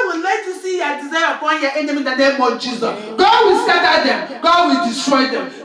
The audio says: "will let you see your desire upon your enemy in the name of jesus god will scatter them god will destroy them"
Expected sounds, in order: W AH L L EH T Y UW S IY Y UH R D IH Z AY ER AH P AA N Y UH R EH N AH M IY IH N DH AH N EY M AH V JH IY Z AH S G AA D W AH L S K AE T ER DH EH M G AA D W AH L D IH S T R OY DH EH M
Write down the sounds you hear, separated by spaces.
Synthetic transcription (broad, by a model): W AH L L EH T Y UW S IY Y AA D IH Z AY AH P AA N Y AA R EH N AH M IY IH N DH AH N EY M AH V JH IY Z AH S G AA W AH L S AA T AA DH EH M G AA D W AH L D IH S T R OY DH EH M